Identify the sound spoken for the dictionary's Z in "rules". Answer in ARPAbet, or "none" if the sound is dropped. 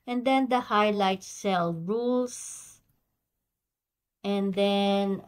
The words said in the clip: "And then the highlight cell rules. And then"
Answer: S